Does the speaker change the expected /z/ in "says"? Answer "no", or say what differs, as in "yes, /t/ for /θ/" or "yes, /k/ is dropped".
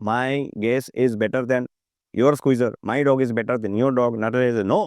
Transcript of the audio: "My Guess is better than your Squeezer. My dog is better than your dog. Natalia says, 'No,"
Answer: yes, /z/ is dropped